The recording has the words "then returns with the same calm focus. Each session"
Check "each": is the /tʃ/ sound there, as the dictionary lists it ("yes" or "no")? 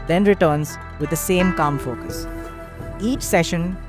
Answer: yes